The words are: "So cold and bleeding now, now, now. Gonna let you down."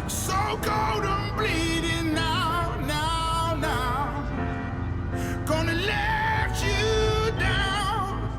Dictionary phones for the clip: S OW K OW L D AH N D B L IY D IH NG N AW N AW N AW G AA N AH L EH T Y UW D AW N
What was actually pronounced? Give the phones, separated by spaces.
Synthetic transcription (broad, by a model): S OW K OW D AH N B L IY D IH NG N AW N AW N AW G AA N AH L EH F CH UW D AW N